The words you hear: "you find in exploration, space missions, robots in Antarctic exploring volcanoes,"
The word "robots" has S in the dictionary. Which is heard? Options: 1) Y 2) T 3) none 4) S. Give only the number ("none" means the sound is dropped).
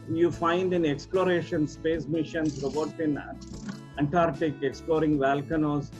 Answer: 3